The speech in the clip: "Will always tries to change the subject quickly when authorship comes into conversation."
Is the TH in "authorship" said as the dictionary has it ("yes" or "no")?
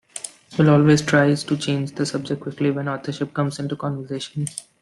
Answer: no